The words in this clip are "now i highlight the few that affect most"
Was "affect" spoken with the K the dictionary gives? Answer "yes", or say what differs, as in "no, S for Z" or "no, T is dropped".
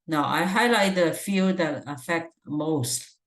yes